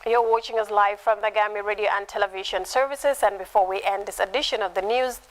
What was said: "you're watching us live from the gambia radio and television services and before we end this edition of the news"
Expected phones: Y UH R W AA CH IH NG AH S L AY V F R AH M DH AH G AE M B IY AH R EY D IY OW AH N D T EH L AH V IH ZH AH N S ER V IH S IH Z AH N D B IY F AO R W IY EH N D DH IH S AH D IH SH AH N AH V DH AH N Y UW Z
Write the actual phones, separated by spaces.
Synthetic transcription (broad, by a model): Y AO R W AA CH IH NG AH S L AY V F R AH M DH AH G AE M IY R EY D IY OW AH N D T EH L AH V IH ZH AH N S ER V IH S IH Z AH N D B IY F AO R W IY EH N D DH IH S AH D IH SH AH N AH V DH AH N Y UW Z